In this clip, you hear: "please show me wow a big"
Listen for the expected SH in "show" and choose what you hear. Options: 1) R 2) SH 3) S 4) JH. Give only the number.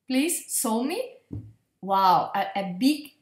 3